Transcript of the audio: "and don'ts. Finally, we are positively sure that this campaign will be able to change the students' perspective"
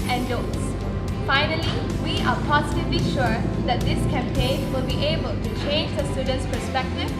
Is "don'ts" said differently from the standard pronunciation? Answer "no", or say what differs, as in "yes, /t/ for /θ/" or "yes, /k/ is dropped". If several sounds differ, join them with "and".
yes, /n/ is dropped